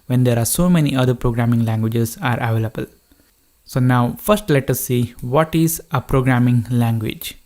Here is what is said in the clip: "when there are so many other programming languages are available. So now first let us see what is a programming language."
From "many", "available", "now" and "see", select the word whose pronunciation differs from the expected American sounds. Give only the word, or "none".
none